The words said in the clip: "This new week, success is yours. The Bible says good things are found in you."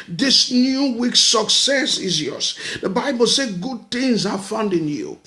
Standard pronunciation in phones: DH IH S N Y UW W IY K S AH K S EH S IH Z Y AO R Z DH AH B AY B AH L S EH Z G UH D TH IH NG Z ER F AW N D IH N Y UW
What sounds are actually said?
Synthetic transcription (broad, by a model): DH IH S N Y UW W IY K S AH K S EH S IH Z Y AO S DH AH B AY B AH L S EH G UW D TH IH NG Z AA F AW N D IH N Y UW